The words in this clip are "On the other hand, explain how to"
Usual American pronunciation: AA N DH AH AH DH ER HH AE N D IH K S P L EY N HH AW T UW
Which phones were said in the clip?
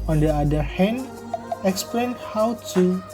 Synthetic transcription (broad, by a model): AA N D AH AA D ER HH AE N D IH K S P L EY N HH AW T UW